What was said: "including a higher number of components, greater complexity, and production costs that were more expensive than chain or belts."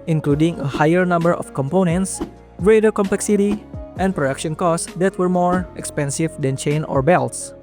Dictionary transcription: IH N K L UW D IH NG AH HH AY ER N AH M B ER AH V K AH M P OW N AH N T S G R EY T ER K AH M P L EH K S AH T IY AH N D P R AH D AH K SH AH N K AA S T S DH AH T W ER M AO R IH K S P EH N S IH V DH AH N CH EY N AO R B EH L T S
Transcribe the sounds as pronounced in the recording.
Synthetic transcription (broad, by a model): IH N K L UW D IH NG AH HH AY ER N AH M B ER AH F K AH M P OW N AH N T S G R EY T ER K AH M P L EH K S AH T IY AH N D P R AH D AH K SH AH N K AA S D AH T W ER M AO R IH K S P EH N S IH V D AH N CH EY N AO R B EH L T S